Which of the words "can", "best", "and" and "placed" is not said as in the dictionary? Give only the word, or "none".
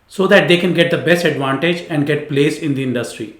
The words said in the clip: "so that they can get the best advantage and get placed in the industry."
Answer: placed